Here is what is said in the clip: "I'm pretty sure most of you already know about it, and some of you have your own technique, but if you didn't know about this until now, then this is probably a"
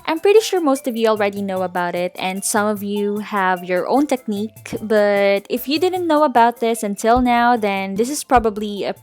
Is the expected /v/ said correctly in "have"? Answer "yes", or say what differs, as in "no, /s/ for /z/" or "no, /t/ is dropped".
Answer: yes